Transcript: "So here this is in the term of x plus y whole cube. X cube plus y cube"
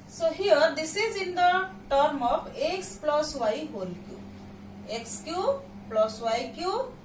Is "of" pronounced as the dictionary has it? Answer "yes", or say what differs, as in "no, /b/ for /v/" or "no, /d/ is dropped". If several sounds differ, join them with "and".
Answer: no, /p/ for /v/